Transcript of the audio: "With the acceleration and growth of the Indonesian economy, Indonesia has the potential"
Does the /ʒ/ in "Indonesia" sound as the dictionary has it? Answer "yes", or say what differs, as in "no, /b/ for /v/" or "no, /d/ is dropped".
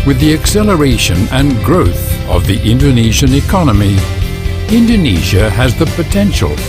yes